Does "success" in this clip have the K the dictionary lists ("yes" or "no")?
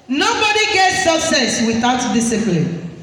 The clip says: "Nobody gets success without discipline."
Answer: no